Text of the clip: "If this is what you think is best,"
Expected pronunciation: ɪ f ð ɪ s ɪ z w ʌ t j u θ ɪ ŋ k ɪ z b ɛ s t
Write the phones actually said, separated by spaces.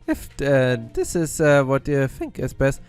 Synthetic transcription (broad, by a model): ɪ f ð ɪ s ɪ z w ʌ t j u θ ɪ ŋ k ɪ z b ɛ s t